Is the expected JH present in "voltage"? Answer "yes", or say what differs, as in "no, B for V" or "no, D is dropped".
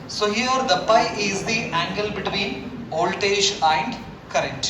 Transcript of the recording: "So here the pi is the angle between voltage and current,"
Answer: no, SH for JH